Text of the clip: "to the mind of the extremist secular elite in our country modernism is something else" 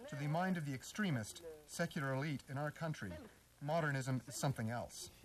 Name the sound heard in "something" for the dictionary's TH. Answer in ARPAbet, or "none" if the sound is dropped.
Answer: TH